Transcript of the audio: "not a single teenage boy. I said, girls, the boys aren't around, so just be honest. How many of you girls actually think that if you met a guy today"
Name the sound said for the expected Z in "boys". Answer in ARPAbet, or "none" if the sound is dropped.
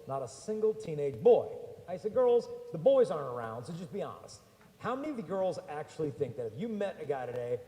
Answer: Z